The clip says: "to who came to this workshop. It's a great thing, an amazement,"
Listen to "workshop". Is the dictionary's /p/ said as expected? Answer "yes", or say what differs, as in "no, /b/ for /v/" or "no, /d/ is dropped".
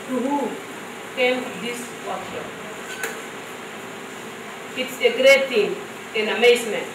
no, /p/ is dropped